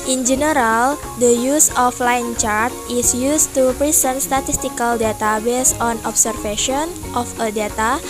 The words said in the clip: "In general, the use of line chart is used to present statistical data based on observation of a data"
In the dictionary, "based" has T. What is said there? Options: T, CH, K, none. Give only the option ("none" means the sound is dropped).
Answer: none